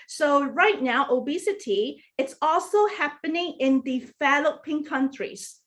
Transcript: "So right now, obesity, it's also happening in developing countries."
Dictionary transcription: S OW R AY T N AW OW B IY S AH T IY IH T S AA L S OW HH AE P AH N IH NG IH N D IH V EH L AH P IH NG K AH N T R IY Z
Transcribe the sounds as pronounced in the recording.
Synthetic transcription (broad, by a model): S OW R AY T N AW OW B IY S AH T IY IH T S AA L S OW HH AE P AH N IH NG IH N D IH F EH L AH P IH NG K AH N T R IY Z